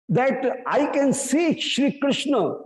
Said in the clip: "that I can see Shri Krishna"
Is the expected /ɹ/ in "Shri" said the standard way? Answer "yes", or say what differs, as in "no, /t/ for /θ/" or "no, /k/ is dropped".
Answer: yes